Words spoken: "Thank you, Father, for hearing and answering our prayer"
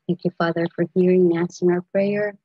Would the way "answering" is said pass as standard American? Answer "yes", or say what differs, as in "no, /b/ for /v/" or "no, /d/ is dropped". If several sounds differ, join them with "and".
no, /n/ is dropped